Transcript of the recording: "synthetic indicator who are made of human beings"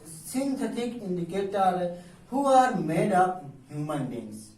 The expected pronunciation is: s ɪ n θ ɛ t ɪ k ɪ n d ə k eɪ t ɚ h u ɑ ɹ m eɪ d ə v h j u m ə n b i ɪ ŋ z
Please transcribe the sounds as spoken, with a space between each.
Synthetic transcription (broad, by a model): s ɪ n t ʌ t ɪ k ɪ n d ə k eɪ t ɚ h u ɑ ɹ m eɪ d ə p h j u m ə n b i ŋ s